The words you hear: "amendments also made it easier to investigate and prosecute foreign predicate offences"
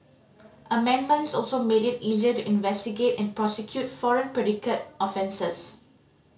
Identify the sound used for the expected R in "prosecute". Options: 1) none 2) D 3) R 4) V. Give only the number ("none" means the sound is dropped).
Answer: 3